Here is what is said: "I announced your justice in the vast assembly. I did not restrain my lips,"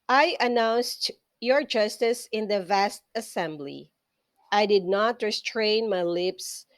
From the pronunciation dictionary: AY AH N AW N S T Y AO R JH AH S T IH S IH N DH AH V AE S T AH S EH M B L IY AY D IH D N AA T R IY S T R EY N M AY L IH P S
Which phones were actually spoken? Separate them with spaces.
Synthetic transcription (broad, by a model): AY AH N AW N S T Y AO R JH AH S T IH S IH N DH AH V AE S T AH S EH M B L IY AY D IH D N AA T R IY S T R EY N M AY L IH P S